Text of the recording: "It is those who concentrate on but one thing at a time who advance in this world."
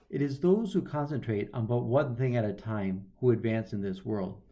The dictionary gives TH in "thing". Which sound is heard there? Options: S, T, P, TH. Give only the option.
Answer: TH